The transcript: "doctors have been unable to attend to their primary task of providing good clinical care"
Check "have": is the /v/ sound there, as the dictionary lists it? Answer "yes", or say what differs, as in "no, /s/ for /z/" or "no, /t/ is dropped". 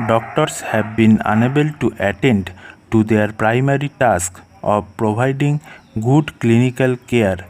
no, /b/ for /v/